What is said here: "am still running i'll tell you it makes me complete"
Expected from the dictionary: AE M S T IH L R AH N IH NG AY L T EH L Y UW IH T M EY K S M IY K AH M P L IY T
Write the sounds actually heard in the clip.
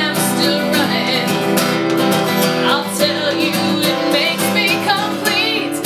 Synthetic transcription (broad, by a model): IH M S T IH L R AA IH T AY L T EH L Y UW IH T M EY K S M IY K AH M P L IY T